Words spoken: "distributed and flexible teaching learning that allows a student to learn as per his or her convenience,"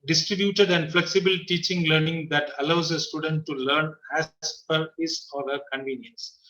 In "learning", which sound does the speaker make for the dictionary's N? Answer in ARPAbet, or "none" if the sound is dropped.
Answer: N